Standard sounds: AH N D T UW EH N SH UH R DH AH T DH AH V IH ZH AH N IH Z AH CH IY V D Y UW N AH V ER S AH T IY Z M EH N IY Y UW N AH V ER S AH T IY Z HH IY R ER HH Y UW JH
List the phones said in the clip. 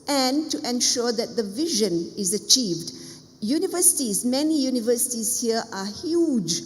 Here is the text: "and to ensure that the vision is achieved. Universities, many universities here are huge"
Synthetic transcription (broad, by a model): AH N T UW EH N SH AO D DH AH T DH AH V IH ZH AH N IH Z AH CH IY V D Y UW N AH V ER S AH T IY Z M EH N IY Y UW N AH V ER S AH T IY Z HH IY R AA HH Y UW JH